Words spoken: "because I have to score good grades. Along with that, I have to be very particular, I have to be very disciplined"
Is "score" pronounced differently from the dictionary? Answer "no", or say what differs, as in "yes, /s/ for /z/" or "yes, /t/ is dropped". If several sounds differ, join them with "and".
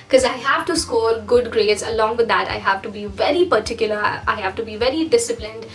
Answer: yes, /l/ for /ɹ/